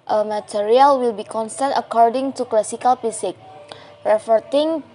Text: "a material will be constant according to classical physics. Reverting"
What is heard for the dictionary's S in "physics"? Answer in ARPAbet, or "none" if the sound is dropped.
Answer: none